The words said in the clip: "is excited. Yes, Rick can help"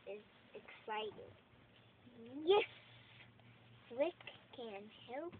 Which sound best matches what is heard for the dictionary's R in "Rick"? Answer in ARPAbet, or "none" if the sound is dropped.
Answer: W